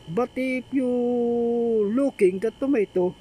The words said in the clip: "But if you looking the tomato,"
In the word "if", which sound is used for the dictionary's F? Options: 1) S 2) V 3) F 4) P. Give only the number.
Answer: 4